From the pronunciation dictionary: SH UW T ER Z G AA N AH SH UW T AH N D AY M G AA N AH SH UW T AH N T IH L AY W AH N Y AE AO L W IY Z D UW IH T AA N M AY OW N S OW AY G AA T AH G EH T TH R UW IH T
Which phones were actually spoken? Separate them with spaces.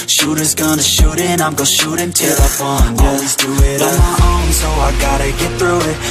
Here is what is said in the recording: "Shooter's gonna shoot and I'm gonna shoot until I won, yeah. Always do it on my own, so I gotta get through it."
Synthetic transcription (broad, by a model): SH UW T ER Z G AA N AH SH UW T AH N AY M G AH SH UW T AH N T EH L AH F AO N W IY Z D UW IH T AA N M AY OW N S OW AY G AA T AH G EH T TH R UW IH T